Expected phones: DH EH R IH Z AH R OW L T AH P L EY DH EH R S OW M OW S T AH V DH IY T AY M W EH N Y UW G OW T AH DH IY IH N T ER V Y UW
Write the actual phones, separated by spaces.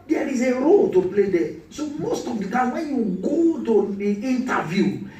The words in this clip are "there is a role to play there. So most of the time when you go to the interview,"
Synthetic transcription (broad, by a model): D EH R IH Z AH R OW L T AH P L EY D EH S OW M OW S T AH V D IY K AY W EH N Y UW G OW T AH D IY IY N T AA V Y UW